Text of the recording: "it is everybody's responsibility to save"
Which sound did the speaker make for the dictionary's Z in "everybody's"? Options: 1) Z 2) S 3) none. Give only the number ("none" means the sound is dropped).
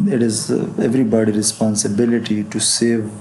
3